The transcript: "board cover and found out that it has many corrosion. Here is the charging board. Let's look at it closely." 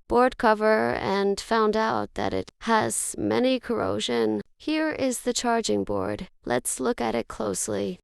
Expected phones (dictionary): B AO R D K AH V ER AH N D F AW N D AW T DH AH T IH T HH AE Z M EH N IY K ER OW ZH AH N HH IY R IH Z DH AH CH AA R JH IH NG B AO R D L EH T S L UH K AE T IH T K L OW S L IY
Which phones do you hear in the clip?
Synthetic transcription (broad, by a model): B AO R D K AH V ER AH N F AW N D AW T DH AH T IH T HH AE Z M EH N IY K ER OW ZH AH N HH IY R IH Z DH AH CH AA R JH IH NG B AO R D L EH T S L UH K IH T IH T K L OW S L IY